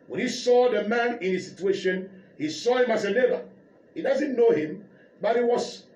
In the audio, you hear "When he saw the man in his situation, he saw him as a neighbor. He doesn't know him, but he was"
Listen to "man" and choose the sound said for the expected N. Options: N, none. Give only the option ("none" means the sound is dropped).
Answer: N